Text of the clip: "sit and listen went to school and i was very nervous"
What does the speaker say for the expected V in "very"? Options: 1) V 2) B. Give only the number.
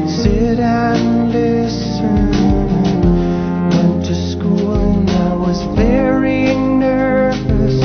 2